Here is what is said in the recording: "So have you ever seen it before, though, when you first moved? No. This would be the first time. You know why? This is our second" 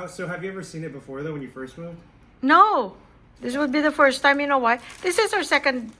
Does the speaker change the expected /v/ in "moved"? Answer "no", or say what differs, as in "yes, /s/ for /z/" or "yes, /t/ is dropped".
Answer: yes, /v/ is dropped